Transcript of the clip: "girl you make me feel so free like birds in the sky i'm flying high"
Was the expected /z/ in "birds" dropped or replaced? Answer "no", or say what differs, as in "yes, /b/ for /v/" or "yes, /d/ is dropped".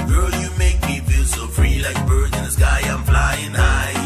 yes, /z/ is dropped